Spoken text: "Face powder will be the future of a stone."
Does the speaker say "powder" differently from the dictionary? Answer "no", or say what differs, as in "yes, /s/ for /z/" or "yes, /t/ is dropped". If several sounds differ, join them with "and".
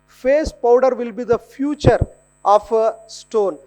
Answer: no